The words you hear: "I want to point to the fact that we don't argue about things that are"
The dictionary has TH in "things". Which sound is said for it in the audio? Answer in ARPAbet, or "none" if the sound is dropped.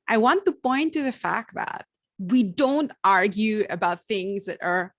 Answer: TH